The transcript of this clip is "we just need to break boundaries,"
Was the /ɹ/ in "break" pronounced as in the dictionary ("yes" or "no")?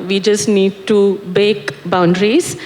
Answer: no